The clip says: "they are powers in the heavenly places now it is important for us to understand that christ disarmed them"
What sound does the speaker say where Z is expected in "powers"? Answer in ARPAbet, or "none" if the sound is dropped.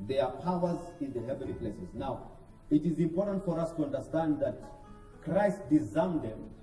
Z